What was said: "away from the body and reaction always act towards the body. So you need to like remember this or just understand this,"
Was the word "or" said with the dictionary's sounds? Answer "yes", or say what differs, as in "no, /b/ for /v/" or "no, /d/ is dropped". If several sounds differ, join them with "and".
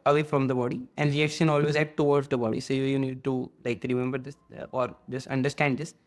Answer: yes